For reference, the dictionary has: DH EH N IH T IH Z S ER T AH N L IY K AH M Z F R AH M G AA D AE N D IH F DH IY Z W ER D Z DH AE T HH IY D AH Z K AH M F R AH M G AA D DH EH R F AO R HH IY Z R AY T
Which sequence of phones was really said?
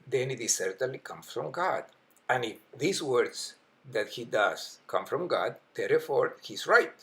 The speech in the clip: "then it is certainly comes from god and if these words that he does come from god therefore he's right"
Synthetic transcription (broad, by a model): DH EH N IH T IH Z S ER T AH N L IY K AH M F R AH M G AA D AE N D IH F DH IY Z W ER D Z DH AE T HH IY D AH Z K AH M F R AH M G AA D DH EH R F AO R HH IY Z R AY T